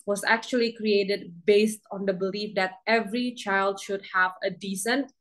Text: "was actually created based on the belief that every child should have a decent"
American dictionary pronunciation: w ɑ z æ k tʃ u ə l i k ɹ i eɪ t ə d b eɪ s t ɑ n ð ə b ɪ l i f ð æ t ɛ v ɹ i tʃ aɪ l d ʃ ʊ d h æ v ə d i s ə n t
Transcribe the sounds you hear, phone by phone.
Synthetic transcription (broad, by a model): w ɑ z æ k tʃ u ə l i k ɹ i eɪ t ə d b eɪ s t ɑ n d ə b ɪ l i f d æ t ɛ v ɹ i tʃ aɪ l d ʃ ʊ d h æ v ə d i s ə n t